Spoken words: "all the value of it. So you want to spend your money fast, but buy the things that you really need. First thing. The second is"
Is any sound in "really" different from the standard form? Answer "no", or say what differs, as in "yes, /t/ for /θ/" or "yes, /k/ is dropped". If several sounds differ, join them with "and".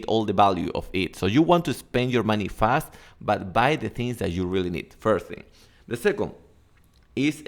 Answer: no